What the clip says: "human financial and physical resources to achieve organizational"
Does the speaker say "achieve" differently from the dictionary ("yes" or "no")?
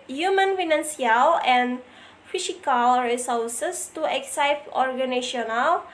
yes